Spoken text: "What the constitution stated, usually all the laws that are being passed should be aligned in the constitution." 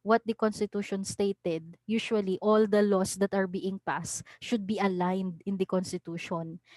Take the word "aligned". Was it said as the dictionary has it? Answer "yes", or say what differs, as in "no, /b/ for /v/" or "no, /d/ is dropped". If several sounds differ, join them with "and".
yes